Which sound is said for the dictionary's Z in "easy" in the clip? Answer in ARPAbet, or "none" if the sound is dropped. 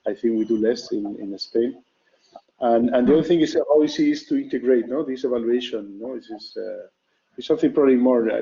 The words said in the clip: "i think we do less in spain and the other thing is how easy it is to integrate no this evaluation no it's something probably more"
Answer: S